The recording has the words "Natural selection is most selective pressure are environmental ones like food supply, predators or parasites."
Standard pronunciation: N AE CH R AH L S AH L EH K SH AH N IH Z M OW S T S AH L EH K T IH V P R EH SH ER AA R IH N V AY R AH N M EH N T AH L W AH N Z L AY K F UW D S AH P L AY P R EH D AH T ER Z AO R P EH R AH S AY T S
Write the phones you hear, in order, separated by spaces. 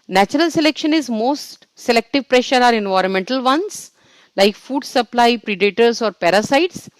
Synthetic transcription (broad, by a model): N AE CH R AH L S AH L EH K SH AH N IH Z M OW S T S AH L EH K T IH V P R EH SH ER AA R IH N V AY R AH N M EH N T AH L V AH N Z L AY K F UW D S AH P L AY P R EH D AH T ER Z AO R P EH R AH S AY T S